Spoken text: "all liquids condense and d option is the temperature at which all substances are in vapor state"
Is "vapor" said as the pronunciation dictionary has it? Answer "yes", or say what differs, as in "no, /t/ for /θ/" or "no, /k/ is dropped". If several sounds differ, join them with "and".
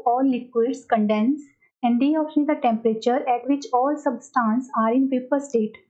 no, /p/ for /v/